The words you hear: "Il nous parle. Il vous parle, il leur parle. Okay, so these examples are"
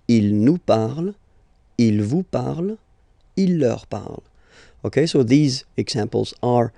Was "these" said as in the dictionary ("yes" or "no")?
yes